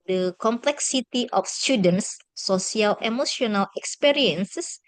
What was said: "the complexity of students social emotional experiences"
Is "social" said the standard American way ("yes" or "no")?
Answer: no